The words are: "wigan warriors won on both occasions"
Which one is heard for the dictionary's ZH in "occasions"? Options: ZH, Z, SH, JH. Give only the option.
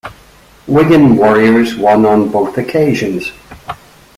ZH